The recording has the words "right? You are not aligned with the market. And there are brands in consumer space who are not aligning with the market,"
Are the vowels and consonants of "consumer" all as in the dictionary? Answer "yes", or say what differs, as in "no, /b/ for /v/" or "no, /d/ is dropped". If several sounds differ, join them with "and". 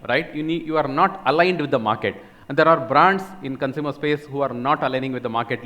yes